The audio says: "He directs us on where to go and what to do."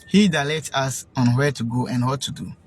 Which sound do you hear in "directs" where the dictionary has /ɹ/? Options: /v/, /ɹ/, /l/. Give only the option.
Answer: /l/